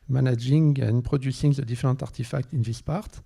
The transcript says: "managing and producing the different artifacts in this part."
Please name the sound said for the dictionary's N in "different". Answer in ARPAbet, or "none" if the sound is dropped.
none